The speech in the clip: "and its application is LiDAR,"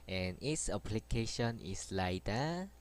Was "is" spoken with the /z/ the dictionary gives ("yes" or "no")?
no